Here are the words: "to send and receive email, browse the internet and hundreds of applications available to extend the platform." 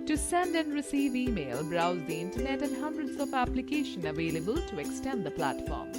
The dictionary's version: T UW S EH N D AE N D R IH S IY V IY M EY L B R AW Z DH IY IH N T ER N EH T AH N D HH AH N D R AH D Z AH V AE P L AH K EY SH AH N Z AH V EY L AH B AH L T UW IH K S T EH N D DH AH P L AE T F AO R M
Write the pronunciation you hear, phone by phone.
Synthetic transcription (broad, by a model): T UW S EH N D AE N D R IH S IY V IY M EY L B R AW Z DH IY IH N T ER N EH T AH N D HH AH N D R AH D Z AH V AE P L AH K EY SH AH N AH V EY L AH B AH L T UW IH K S T EH N D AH P L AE T F AO R M